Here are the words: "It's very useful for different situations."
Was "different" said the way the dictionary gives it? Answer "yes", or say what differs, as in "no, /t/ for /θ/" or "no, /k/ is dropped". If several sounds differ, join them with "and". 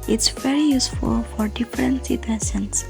yes